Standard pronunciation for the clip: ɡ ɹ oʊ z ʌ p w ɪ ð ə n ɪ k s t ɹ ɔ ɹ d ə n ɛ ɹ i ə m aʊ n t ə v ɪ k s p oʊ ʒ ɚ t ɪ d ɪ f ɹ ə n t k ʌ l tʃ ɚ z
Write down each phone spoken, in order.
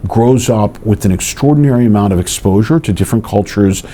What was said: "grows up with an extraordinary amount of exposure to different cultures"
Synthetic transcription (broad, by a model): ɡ ɹ oʊ z ʌ p w ɪ ð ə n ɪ k s t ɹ ɔ ɹ d n ɛ ɹ i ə m aʊ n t ə v ɪ k s p oʊ ʒ ɚ t ɪ d ɪ f ɹ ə n k ʌ l tʃ ɚ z